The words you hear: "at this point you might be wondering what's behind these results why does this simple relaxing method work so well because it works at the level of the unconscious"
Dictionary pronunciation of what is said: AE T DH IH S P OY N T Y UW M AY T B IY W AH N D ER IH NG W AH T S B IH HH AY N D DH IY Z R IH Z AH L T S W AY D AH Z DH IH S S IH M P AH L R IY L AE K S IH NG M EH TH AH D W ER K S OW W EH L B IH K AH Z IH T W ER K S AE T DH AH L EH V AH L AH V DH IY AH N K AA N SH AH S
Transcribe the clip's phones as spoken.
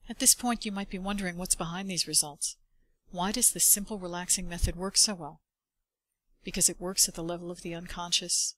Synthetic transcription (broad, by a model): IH T DH IH S P OY N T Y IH M AY T B IY W AH N D ER IH NG W AH T S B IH HH AY N DH IY Z R IH Z AH L T S W AY D AH Z DH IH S S IH M P L R IY L AE K S IH NG M EH TH AH D W ER K S OW W EH L B IH K AH Z IH T W ER K S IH T DH AH L EH V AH L AH V DH IY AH N K AA N SH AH S